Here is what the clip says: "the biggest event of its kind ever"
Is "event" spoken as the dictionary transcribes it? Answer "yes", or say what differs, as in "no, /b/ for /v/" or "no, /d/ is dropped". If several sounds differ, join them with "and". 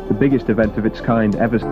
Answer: yes